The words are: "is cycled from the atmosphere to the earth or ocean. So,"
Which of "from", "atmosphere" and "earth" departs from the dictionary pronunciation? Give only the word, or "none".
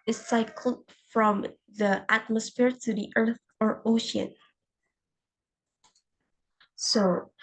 none